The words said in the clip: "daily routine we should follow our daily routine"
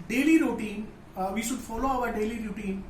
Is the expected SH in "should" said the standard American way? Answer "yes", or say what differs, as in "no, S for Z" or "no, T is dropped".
yes